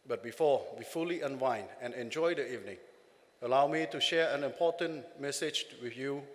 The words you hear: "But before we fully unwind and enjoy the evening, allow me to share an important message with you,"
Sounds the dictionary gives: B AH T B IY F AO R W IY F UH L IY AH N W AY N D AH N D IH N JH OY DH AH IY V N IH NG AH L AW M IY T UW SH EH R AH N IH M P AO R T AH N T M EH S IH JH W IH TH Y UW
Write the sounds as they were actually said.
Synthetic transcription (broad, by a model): B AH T B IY F AO W IY F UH L IY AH N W AY N AH N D IH N JH OY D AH IY V N IH NG AH L AW M IY T UW SH EH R AH N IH M P AO T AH N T M EH S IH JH W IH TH Y UW